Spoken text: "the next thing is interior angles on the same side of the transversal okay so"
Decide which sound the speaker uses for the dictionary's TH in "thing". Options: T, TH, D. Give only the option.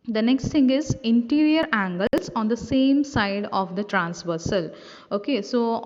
T